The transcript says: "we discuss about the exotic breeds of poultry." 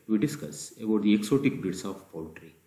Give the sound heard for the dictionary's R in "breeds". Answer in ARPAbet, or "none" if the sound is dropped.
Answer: none